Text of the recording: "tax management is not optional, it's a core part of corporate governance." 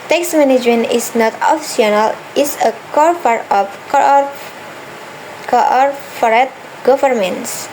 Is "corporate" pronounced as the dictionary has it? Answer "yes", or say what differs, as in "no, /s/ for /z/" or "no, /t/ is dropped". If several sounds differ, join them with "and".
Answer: no, /f/ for /p/